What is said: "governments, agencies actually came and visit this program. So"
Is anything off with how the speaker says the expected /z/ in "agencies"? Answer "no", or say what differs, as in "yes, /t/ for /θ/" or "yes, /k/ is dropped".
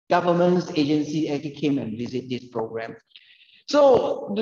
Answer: yes, /z/ is dropped